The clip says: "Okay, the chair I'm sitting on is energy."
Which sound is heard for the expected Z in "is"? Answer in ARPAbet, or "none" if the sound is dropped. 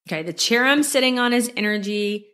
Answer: Z